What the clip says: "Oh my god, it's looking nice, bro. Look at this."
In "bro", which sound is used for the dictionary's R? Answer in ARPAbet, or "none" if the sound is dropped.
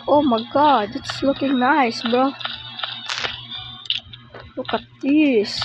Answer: none